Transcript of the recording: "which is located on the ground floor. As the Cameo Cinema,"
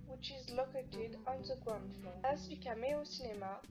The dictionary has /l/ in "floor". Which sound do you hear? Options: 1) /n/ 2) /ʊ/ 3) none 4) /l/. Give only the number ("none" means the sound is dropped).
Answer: 3